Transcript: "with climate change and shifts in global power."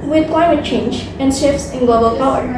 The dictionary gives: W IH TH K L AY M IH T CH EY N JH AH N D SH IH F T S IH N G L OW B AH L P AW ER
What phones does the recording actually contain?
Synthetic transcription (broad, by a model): W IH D K L AY M IH T CH EY N JH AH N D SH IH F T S IH N G L OW B AH L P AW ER